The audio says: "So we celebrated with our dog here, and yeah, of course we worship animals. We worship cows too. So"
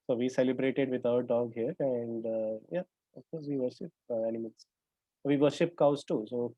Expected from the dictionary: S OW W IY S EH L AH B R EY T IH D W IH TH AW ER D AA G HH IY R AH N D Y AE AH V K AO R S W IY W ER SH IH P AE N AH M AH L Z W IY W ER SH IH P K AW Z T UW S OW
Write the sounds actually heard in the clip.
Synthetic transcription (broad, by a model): S OW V IY S EH L AH B R EY T IH D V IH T AW ER D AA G HH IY R AH N D Y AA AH F K AO R S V IY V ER SH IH P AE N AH M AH L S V IY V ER SH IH P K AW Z T UW S OW